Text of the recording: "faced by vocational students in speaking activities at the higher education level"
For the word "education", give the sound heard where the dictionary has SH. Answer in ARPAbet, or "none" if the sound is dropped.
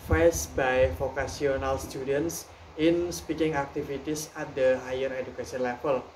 S